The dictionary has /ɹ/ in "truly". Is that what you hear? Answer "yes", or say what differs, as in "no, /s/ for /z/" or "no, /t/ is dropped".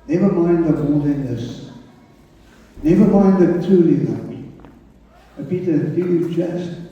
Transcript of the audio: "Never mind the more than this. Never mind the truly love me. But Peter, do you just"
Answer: no, /ɹ/ is dropped